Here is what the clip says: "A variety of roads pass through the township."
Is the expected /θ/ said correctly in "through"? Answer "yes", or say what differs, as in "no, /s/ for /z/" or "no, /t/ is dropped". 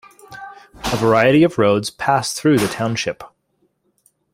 yes